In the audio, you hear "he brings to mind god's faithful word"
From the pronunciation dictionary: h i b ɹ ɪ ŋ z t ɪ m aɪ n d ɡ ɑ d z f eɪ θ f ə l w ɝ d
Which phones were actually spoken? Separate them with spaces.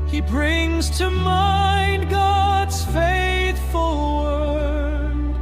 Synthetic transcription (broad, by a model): h i b ɹ ɪ ŋ z t ɪ m aɪ n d ɡ ɑ d z f eɪ θ f ə l w ɝ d